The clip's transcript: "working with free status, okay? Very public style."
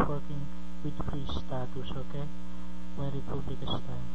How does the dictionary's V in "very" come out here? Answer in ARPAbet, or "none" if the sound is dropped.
W